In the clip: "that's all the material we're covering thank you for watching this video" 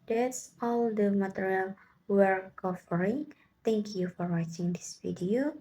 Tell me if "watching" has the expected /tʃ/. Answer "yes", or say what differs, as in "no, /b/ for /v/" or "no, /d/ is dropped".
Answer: yes